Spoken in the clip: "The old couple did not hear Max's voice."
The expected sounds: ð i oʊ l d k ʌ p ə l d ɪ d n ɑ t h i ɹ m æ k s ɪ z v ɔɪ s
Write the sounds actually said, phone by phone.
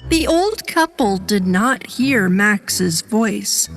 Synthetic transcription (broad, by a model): ð i oʊ l d k ʌ p l d ɪ d n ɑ t h i ɹ m æ k s ɪ z v ɔɪ s